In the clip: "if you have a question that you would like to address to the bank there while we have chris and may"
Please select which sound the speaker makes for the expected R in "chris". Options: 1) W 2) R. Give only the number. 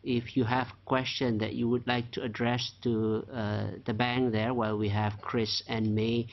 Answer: 2